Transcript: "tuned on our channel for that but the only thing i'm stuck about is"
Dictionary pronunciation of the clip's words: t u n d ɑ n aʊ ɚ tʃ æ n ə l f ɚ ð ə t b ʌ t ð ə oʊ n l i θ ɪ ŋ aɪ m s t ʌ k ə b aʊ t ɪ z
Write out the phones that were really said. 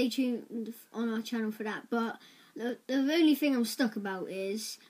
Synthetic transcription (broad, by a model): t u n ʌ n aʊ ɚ tʃ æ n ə l f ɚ ð ə t b ʌ t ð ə oʊ n l i θ ɪ ŋ aɪ m s t ʌ k ə b aʊ t ɪ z